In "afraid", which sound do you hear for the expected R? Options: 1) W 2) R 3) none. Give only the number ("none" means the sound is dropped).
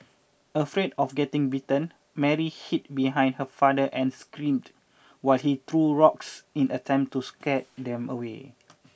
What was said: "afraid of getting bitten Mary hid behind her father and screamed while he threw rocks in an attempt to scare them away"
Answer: 2